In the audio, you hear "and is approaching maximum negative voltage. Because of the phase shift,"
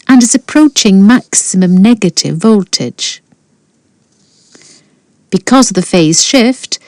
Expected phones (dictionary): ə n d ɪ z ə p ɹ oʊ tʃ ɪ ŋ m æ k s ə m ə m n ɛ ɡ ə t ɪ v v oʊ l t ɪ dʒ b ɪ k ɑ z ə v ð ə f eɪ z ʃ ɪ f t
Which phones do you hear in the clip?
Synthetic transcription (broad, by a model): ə n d ɪ z ə p ɹ oʊ tʃ ɪ ŋ m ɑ k s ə m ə m n ɛ ɡ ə t ɪ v v oʊ l t ɪ dʒ b ɪ k ɑ z ə v ð ə f eɪ z ʃ ɪ f t